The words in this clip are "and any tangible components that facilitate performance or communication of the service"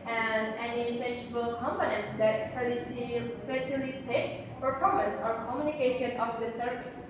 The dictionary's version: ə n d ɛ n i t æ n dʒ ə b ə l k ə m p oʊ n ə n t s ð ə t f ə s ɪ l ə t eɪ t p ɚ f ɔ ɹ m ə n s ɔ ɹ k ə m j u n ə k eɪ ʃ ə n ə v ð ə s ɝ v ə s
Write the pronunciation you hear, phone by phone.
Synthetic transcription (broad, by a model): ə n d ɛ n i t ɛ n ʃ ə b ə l k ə m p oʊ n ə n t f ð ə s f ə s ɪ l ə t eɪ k p ɚ f ɔ ɹ m ə n s ɔ ɹ k ə m j u n ə k eɪ ʃ ə n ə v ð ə s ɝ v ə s